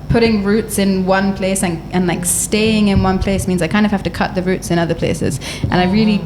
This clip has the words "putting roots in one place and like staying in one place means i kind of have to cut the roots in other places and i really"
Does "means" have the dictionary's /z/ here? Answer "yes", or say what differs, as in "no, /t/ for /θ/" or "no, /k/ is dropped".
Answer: yes